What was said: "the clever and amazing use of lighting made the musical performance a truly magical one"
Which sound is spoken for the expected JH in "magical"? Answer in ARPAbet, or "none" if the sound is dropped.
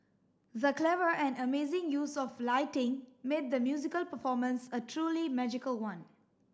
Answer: JH